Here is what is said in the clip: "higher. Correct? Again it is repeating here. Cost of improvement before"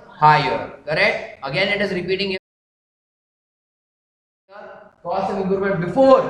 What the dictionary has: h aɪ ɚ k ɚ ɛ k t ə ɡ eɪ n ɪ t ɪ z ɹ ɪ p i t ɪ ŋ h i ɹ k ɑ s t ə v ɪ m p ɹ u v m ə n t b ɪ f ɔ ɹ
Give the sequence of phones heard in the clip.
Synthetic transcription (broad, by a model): h aɪ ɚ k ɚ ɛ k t ə ɡ eɪ n ɪ t ɪ z ɹ ɪ p i t ɪ ŋ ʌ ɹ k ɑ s ə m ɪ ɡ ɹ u m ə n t b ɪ f ɔ ɹ